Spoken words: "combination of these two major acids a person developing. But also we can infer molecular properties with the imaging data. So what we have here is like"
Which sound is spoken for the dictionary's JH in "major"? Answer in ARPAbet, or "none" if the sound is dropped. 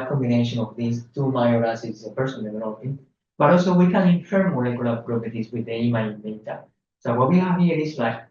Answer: none